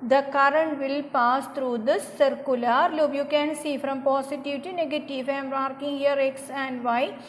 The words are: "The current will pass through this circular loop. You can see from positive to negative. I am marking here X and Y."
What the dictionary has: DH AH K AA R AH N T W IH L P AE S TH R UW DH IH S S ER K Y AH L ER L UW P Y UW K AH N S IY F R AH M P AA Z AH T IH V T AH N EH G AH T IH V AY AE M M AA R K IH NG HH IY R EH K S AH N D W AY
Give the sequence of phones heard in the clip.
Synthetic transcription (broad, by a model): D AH K AA R AH N T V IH L P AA S T R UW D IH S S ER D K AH L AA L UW B Y UW K AH N S IY F R AH M P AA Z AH T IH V T AH N EH G AH T IH V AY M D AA R K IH NG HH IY R EH K S AH N D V AY